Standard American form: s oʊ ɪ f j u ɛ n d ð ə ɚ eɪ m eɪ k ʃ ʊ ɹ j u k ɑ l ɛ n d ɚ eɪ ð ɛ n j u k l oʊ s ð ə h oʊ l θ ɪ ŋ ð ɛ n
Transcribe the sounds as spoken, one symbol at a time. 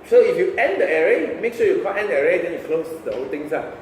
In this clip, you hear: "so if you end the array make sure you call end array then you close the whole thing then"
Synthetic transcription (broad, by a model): s oʊ ɪ f j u ɛ n d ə ɚ eɪ m eɪ k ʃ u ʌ j u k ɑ n ɛ n d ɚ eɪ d ɛ n j u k l oʊ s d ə h oʊ l t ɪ ŋ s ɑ